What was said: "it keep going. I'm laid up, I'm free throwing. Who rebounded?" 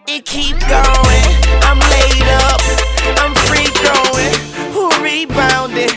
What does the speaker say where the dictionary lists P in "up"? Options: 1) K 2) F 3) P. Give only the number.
3